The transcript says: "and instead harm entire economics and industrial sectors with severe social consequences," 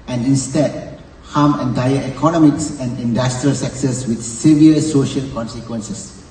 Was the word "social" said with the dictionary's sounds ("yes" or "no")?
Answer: yes